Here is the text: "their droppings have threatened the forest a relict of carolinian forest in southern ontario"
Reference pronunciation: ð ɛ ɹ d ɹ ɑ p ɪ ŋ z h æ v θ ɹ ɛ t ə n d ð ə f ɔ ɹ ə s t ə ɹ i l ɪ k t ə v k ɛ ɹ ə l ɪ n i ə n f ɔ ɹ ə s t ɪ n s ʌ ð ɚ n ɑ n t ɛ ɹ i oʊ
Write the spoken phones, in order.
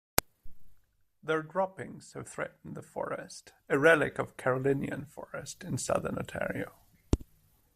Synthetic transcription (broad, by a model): ð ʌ ɹ d ɹ ɑ p ɪ ŋ z h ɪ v θ ɹ ɛ t n ð ə f ɔ ɹ ə s t ə ɹ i l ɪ k ə v k ɛ ɹ ə l ɪ n i ə n f ɔ ɹ ə s t ɪ n s ʌ ð ɚ n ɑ t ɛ ɹ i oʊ